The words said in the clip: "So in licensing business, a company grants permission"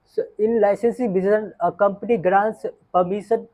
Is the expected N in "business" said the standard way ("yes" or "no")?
no